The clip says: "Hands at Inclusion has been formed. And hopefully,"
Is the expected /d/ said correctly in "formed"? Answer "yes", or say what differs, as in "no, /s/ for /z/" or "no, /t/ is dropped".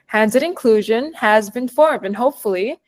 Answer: yes